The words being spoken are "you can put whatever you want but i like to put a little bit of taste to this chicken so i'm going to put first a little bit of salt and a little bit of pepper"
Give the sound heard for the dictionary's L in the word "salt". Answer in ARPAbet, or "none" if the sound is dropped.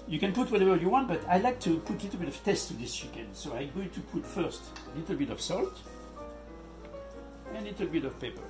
L